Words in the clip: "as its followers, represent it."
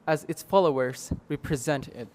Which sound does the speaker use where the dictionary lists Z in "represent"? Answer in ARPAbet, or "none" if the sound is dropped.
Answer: Z